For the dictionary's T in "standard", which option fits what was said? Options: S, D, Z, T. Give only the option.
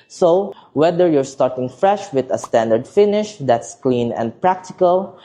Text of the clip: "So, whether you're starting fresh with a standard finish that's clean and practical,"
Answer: T